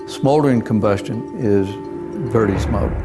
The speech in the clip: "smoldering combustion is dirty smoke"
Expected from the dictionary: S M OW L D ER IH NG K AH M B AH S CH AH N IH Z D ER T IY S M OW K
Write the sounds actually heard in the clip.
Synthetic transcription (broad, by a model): S M OW L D ER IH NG K AH M B AH S CH AH N IH Z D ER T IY S M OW